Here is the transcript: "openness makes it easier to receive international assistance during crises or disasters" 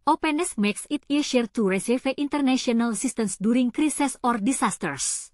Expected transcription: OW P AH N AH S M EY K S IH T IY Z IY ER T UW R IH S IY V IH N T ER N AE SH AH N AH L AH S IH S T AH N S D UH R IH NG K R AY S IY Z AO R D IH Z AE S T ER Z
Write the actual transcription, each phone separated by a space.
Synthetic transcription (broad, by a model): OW P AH N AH S M EY K S IH T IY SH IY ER T UW R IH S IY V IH N T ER N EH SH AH N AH L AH S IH S T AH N S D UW R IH NG K R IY S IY S AO R D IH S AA S T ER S